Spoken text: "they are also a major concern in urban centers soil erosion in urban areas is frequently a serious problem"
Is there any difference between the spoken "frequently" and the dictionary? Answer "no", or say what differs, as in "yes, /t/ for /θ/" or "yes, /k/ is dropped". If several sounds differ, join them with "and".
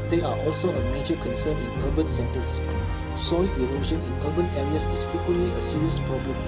yes, /ɹ/ is dropped